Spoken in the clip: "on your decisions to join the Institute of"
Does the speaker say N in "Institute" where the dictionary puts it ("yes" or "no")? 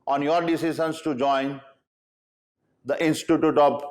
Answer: yes